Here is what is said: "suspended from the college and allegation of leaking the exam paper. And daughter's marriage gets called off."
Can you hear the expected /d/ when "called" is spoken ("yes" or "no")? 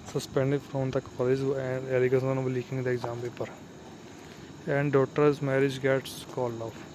no